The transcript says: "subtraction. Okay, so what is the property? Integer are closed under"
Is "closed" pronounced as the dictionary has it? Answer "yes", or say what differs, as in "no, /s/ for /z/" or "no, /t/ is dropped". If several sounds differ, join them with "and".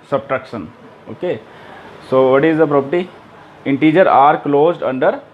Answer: yes